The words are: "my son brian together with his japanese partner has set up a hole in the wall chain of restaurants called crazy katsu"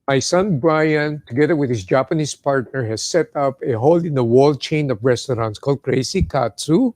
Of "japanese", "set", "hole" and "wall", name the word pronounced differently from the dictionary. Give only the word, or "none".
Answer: japanese